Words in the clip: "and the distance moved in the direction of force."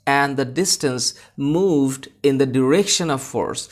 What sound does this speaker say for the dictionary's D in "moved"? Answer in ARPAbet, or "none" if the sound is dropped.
D